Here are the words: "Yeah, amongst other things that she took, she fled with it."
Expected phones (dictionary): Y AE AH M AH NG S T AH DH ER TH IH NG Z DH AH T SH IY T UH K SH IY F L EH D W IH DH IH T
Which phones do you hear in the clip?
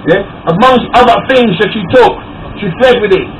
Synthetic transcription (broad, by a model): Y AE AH M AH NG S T AH DH ER TH IH NG Z DH AH T SH IY T UH K SH IY F L EH D W IH DH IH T